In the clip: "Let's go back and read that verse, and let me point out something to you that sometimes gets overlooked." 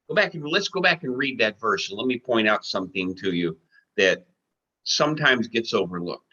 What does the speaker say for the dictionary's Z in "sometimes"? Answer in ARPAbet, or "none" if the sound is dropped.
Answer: Z